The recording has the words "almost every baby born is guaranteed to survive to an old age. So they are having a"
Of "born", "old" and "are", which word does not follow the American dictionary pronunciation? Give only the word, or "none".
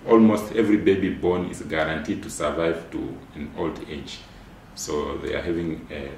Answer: none